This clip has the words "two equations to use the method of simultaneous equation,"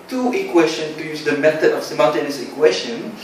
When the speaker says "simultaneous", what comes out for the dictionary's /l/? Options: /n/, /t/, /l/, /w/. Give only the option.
/n/